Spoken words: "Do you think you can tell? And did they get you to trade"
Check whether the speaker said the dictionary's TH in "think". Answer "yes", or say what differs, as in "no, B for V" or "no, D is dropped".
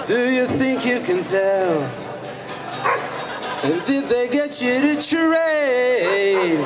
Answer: yes